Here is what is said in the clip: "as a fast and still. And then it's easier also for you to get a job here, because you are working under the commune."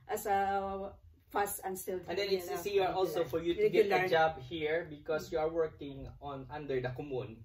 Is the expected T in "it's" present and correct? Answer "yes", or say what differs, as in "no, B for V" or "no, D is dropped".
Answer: no, S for T